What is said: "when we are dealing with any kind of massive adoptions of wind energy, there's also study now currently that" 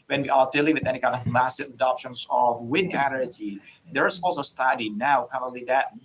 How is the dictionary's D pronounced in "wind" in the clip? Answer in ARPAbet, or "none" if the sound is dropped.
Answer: none